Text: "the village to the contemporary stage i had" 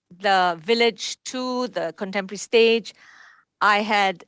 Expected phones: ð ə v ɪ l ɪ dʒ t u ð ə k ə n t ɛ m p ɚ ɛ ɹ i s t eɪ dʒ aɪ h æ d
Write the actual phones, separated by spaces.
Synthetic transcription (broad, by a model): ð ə v ɪ l ɪ dʒ t u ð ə k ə n t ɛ m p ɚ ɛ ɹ i s t eɪ dʒ aɪ h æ d